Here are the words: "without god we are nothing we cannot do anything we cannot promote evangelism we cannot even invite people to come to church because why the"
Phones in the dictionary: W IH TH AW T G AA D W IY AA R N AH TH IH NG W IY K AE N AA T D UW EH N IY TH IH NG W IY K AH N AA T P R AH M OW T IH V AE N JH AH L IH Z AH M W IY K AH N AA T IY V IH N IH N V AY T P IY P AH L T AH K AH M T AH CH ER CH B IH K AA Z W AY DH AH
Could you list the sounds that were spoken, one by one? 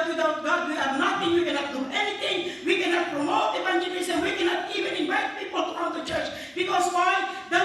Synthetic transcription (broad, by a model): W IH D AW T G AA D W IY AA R N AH T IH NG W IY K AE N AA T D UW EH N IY T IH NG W IY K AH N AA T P R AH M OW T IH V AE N JH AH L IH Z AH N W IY K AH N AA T IY V IH N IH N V AY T P IY P AH L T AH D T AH CH ER CH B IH K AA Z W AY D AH